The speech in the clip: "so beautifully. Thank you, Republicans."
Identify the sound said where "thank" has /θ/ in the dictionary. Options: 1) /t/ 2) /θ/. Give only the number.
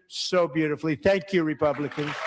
2